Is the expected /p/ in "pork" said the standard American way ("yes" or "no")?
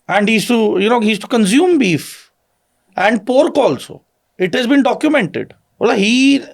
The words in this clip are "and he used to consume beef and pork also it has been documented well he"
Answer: yes